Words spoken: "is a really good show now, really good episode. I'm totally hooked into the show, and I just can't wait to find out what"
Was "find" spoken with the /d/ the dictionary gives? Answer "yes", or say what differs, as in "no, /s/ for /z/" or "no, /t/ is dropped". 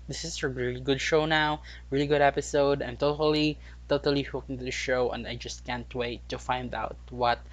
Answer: yes